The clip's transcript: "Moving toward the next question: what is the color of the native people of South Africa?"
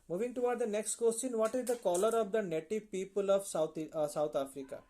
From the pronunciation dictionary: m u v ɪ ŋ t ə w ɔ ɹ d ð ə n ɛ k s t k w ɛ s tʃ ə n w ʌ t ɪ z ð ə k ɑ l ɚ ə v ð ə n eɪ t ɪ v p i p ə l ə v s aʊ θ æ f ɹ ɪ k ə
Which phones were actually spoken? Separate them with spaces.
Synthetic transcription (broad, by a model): m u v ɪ ŋ t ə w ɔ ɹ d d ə n ɛ k s t k w ɛ s tʃ ə n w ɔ t ɪ z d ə k ɑ l ɚ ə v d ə n eɪ t ɪ v p i p ə l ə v s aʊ t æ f ɹ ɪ k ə